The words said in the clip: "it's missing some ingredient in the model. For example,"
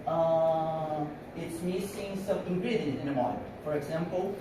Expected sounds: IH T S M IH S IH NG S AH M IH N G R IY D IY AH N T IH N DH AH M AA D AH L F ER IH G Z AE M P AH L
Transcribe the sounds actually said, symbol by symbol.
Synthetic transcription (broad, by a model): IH T S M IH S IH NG S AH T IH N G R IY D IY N IH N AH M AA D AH F ER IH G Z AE M P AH L